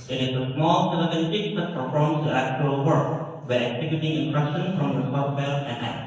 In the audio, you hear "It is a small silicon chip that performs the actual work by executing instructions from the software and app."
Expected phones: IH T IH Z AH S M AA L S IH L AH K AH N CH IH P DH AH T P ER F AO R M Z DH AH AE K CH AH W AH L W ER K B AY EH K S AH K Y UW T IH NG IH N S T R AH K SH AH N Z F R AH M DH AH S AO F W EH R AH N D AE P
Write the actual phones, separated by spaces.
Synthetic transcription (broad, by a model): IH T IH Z AH S M AA L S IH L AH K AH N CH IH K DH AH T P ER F AO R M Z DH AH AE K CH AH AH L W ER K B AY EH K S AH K Y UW T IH NG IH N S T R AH K SH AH N F R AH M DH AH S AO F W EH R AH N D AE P